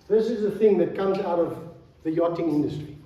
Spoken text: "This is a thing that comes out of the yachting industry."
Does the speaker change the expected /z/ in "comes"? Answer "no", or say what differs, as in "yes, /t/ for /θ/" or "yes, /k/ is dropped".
no